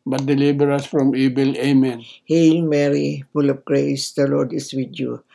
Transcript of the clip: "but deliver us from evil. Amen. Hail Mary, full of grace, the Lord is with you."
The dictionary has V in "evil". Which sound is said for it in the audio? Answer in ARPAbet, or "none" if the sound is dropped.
B